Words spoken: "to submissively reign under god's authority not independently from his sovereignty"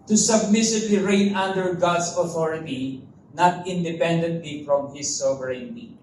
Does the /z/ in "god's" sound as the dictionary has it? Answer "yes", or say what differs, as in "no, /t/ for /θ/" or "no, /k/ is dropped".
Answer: no, /s/ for /z/